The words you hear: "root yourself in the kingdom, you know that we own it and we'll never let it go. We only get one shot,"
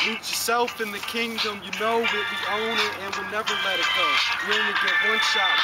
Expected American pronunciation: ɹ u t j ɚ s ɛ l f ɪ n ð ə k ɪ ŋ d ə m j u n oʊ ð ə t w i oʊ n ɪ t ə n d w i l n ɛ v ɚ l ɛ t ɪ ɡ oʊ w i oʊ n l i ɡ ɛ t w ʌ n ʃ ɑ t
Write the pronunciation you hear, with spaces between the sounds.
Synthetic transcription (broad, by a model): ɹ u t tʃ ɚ s ɛ l f ɪ n ð ə k ɪ ŋ d ə m j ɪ n oʊ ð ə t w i oʊ n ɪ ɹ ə n w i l n ɛ v ɚ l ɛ t ɪ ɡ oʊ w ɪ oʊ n i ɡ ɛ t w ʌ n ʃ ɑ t